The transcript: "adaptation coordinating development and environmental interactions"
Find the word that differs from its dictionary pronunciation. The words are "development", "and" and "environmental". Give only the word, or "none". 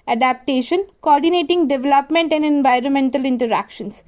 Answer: none